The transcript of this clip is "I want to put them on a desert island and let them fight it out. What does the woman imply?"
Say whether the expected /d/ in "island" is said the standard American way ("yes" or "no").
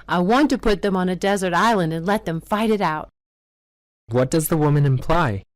yes